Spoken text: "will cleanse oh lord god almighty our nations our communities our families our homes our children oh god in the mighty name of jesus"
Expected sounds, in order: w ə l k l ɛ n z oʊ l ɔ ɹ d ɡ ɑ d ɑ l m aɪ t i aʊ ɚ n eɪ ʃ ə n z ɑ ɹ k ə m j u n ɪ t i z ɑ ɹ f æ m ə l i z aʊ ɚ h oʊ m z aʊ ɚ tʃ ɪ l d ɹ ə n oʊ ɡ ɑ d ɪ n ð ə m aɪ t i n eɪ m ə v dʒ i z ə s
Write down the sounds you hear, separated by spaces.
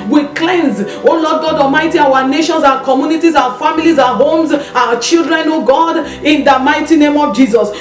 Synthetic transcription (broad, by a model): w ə k l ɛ n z oʊ l ɔ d ɡ ɑ d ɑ m aɪ t i aʊ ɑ n eɪ ʃ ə n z ɑ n k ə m j u n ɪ t i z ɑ f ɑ m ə l i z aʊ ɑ h oʊ m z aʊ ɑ tʃ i l d ɹ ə n oʊ ɡ ɑ d ɪ n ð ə m aɪ t i n eɪ m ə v dʒ i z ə s